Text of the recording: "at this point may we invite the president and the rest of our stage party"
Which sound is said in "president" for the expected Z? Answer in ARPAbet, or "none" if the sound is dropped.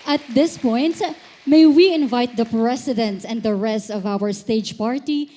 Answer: S